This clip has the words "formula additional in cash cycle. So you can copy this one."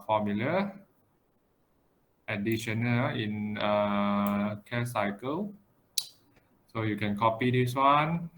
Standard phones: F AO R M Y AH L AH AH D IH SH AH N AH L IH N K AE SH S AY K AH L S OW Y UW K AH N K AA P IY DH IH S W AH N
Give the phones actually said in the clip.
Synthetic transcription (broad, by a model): F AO M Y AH L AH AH D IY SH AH N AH N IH N K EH S AY K AH L S OW Y UW K AH N K AA P IY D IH S W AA N